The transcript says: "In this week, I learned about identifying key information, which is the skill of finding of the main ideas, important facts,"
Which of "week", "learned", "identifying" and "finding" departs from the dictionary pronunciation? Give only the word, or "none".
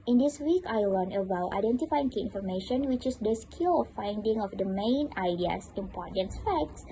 learned